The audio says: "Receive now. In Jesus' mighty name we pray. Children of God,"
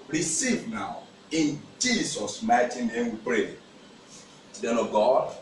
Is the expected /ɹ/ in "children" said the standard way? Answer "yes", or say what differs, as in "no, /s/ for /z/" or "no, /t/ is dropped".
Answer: no, /ɹ/ is dropped